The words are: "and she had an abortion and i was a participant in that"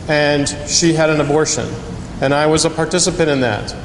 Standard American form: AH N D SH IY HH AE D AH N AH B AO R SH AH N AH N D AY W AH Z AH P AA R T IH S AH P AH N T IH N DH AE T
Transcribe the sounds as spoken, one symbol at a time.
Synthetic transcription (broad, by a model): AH N SH IY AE D AH N AH B AO R SH AH N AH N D AY W AH Z AH P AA R T IH S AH P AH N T IH N DH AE T